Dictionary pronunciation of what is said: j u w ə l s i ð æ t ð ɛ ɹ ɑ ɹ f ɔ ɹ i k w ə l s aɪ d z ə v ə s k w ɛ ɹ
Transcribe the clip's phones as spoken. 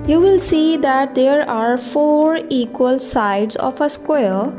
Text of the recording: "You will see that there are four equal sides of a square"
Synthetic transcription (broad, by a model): j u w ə l s i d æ t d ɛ ɹ ɑ ɹ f ɔ ɹ i k w ə l s aɪ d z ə p ə s k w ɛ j